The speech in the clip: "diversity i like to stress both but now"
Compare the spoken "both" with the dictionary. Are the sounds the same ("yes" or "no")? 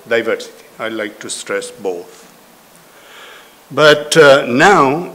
no